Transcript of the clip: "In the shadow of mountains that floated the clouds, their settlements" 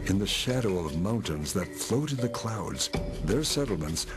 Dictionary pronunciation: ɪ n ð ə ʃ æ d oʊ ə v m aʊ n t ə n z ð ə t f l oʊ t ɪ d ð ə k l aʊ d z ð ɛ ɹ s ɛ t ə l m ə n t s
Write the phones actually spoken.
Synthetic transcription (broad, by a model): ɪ n ð ə ʃ æ d oʊ ə v m aʊ n t ə n z ð ə t f l oʊ t ɪ d ð ə k l aʊ d z ð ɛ ɹ s ɛ t l m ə n t s